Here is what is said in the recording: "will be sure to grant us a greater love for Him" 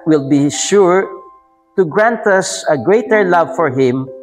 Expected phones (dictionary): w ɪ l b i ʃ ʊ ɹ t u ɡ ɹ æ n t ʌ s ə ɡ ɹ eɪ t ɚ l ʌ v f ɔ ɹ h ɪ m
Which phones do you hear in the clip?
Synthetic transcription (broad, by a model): w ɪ l b i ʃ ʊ ɹ t u ɡ ɹ æ n t ʌ s ə ɡ ɹ eɪ t ɚ l ʌ v f ɔ ɹ h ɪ m